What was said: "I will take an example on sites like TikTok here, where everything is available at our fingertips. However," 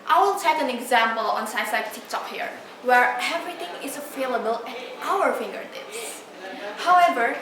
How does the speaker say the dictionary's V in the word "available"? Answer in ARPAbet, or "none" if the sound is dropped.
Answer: F